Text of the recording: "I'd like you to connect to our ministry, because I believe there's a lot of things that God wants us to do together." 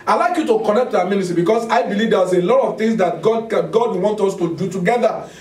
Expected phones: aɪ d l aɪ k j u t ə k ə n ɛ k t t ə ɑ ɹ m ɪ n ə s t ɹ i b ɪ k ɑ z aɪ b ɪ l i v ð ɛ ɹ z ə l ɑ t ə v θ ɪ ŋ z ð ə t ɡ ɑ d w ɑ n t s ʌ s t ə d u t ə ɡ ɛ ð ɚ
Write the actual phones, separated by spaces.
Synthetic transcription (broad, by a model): aɪ l aɪ k j u t ə k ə n ɛ k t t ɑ m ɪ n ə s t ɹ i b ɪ k ɑ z aɪ b ɪ l i v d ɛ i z ə l ɑ t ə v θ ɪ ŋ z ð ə t ɡ ɑ d w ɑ n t ɔ s t ə d u t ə ɡ ɛ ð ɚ